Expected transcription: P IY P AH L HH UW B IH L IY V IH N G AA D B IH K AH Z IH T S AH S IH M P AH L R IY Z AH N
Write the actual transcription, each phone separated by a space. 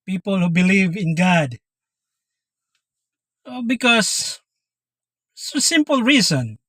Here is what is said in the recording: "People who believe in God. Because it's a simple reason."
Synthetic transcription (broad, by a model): P IY P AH L HH UW B IH L IY V IH N G AA D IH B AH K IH S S AH S IH M P AH L R IY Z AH N